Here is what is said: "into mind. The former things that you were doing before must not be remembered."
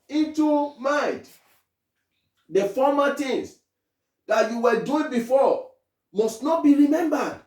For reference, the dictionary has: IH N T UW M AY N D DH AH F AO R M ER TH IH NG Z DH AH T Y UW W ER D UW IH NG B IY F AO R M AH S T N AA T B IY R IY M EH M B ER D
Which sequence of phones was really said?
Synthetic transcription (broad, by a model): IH N T UW M AY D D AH F AO M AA T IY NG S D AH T Y UW W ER D UW IH NG B IY F AO M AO S T N AA T B IY R IY M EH M B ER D